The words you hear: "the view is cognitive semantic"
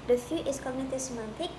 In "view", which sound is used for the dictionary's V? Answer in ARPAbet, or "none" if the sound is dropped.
F